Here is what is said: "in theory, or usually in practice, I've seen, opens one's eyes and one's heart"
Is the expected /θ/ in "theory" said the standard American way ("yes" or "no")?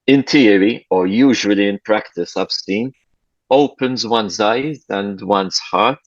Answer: no